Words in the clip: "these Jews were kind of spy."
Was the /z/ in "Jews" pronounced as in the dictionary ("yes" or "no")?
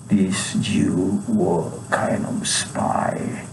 no